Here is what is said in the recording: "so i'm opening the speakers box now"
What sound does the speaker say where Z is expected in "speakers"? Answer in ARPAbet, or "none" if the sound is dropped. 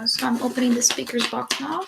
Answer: Z